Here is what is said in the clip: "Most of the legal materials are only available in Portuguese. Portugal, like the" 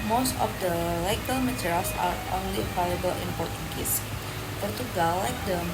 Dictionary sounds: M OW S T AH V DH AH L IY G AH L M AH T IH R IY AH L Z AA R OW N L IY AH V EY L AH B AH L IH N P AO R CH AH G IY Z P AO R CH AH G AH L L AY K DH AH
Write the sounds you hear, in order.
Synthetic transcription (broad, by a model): M OW S T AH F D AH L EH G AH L M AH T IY R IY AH L S AA R OW N L IY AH P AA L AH B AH L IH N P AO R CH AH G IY S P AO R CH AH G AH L L AY K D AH